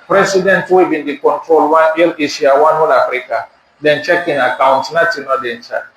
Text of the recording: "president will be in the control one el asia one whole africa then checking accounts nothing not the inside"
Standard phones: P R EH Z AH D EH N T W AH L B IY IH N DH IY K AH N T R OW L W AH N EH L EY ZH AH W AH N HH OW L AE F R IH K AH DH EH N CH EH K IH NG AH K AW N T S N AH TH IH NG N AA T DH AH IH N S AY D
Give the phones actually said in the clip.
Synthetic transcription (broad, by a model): P R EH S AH D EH N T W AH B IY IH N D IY K AH N T R OW L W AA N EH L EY S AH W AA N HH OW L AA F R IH K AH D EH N CH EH K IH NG AH K AW N T S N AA T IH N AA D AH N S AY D